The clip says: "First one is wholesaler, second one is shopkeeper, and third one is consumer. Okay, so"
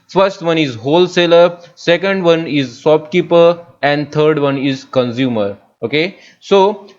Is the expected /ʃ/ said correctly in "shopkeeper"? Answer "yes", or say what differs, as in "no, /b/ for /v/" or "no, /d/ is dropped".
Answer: no, /s/ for /ʃ/